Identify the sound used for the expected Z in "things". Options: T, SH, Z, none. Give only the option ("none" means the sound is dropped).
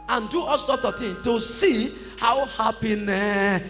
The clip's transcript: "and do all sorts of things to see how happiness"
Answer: none